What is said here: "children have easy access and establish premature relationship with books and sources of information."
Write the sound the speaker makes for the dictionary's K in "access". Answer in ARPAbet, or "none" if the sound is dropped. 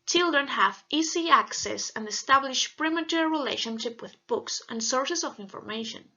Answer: K